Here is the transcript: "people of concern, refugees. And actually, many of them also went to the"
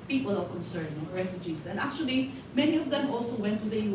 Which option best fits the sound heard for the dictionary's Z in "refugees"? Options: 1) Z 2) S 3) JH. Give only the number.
2